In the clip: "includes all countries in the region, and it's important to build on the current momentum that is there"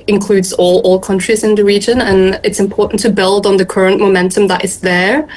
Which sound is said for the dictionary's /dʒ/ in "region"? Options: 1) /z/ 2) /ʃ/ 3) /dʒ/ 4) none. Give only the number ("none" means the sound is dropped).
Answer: 3